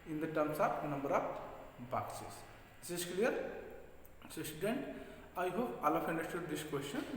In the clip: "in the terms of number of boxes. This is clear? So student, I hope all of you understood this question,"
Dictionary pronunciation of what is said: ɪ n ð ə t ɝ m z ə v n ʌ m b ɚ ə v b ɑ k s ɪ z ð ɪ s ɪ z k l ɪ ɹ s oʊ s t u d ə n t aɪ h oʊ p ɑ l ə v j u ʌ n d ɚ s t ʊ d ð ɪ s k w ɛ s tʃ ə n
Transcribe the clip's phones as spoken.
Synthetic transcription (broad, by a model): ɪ n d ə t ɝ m s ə p n ʌ m b ɚ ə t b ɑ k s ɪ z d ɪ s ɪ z k l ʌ ɹ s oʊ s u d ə n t aɪ h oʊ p ɑ l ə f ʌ n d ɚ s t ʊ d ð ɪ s k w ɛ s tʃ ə n